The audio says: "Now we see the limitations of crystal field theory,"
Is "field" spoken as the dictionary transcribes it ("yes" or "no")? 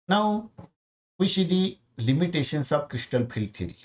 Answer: no